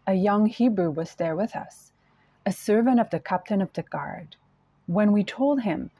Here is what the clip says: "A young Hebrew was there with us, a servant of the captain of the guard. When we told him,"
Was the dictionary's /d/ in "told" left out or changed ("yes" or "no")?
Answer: no